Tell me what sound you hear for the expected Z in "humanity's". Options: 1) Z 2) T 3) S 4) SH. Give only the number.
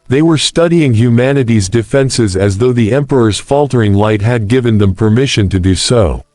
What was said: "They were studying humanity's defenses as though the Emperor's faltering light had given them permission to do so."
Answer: 1